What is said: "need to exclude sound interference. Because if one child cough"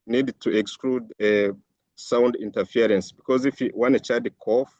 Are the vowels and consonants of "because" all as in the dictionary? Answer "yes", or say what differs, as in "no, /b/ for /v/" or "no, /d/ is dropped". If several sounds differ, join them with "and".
yes